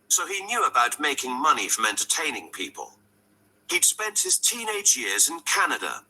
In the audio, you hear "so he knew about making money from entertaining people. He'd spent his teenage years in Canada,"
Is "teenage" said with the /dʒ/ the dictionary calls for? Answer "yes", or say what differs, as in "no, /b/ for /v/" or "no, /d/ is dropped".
yes